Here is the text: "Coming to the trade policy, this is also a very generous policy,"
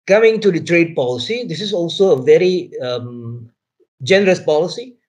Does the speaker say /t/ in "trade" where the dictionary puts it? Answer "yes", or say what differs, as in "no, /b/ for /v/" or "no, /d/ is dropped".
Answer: yes